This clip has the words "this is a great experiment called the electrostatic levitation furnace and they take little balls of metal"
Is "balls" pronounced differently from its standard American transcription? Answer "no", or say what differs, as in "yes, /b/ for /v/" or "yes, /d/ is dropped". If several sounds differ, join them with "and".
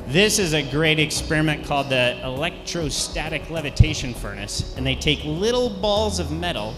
no